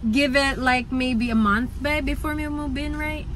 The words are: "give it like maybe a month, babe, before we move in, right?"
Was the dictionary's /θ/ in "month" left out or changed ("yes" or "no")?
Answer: no